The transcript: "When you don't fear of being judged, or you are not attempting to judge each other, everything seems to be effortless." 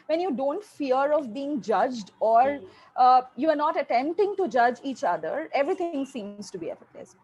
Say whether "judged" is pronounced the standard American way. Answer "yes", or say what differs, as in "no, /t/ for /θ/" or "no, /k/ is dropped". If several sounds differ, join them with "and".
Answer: yes